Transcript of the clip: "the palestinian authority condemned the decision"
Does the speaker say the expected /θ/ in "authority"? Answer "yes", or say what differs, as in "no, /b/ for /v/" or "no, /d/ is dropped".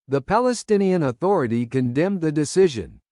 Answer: yes